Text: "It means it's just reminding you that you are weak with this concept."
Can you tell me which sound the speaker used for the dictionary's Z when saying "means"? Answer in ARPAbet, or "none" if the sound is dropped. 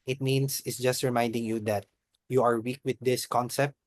S